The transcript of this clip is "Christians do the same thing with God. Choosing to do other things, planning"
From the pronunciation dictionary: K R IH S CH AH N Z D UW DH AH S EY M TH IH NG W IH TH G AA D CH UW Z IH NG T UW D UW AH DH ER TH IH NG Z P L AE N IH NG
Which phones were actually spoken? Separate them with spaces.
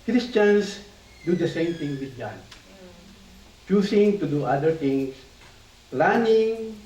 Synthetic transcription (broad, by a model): K R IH S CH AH N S D UW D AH S EY M T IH NG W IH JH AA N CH UW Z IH NG T UW D UW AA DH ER T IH NG S P L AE N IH NG